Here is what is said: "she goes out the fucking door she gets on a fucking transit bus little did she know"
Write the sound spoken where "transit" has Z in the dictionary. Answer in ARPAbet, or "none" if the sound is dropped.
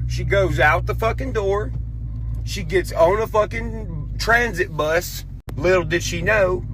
Z